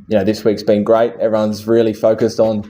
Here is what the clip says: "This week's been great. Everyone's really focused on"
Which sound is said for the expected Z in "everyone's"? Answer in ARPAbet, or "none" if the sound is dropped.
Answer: Z